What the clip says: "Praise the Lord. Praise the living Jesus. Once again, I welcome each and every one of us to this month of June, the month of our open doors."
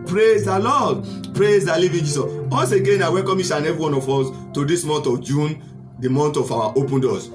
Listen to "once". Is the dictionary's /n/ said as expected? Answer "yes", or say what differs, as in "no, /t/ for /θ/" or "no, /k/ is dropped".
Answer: no, /n/ is dropped